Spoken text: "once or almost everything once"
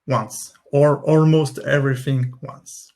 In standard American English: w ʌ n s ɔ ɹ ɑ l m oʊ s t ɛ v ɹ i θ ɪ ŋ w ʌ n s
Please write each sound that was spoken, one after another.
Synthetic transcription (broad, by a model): w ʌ n s ɔ ɹ ɑ l m oʊ s t ɛ v ɹ i θ ɪ ŋ w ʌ n s